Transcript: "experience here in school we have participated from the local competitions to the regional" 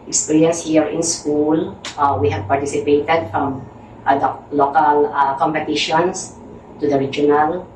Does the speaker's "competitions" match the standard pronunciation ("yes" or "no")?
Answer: no